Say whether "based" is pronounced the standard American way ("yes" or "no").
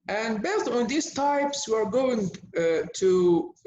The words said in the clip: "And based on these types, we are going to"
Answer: no